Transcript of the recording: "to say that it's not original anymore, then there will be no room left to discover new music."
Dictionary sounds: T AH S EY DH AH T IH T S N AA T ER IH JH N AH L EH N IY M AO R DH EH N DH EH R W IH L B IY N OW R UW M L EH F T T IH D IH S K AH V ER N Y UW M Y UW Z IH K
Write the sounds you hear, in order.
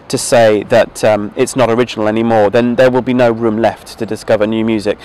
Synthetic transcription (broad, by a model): T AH S EY DH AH T IH T S N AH T ER IH JH N AH L EH N IY M AO R DH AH N DH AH R W IH L B IY N OW R UW M L EH F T T IH D IH S K AH V ER N Y UW M Y UW Z IH K